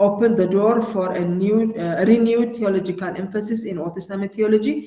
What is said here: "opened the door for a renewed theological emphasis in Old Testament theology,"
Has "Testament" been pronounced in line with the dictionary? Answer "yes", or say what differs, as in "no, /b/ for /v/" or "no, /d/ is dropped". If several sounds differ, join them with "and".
no, /n/ is dropped